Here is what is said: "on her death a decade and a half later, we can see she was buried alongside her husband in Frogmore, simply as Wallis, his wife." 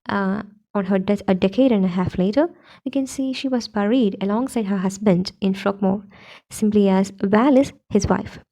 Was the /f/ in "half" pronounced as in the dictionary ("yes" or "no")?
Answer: yes